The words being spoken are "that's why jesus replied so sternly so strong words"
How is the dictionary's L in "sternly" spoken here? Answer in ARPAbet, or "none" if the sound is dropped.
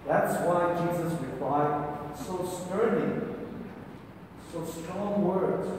none